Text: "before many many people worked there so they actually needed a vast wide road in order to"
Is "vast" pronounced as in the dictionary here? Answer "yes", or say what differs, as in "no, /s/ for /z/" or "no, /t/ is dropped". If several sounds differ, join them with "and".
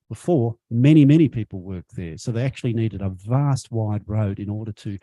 yes